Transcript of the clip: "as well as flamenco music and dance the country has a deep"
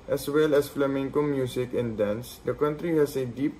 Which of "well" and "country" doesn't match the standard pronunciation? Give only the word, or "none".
none